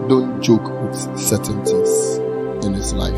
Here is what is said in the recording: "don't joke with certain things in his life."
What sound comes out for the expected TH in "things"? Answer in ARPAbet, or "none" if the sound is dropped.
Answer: T